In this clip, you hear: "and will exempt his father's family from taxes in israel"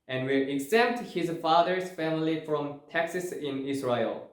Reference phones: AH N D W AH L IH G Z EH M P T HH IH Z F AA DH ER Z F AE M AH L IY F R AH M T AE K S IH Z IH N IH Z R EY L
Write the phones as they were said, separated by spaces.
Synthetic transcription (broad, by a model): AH N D W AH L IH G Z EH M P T HH IH Z F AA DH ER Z F AE M AH L IY F R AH M T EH K S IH S IH N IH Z R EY L